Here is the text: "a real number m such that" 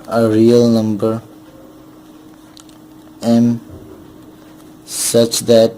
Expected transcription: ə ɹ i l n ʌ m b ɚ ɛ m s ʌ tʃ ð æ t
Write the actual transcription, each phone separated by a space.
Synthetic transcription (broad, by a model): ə ɹ i l n ʌ m b ɚ ɛ m s ʌ tʃ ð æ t